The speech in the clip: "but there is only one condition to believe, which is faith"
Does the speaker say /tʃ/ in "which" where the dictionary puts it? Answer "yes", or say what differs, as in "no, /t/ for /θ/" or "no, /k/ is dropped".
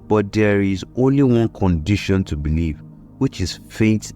yes